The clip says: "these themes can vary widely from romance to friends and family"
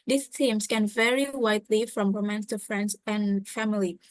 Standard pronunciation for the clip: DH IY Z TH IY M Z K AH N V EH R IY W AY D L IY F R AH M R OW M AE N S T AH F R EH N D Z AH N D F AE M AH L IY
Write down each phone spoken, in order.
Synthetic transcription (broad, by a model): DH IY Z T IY M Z K AH N V EH R IY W AY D L IY F R AH M W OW M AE N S T AH F R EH N D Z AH N F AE M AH L IY